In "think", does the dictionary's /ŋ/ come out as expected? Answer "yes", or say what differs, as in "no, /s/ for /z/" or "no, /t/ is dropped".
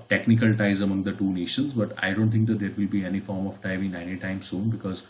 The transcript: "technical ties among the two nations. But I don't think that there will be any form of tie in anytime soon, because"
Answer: no, /ŋ/ is dropped